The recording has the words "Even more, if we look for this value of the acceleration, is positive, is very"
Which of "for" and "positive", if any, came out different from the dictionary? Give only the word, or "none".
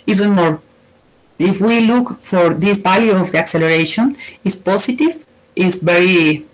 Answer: positive